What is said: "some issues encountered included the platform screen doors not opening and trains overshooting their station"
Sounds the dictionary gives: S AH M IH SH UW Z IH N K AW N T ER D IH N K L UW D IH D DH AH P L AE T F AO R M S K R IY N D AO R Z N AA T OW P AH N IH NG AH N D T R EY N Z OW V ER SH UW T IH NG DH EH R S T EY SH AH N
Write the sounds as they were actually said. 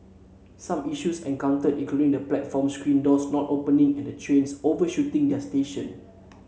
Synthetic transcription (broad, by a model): S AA M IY SH UW S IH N K AW N T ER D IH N K L UW D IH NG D AH P L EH T F AO M S K R IY N D AO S N AA T OW P AH N IH NG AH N D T R EY N S OW V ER SH UW T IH NG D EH S T EY SH AH N